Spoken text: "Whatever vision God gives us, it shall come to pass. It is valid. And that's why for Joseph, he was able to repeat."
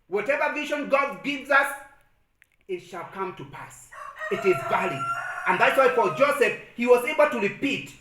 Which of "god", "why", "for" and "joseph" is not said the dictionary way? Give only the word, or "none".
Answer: for